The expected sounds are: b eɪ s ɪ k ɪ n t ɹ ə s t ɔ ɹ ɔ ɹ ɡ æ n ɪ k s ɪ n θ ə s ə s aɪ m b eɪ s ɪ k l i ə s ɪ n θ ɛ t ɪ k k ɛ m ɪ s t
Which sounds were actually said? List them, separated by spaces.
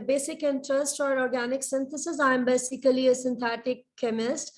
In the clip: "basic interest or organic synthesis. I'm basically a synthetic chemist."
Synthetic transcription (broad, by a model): b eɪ s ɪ k ɪ n t ɹ ə s t ɔ ɹ ɔ ɹ ɡ æ n ɪ k s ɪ n t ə s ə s aɪ m b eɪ s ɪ k l i ə s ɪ n t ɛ t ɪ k k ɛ m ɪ s t